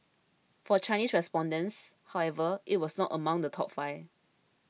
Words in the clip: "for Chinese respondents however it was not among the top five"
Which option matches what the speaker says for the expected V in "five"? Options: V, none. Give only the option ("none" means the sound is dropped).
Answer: none